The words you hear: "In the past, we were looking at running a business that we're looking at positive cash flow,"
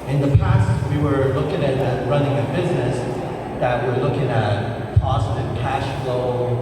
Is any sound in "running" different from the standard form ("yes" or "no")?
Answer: no